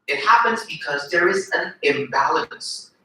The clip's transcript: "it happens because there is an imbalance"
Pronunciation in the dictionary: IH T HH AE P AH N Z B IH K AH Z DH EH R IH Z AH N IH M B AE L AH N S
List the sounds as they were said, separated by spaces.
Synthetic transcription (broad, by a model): IH T HH AE P AH N Z B IH K AH Z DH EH R IH Z AH N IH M B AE L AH N S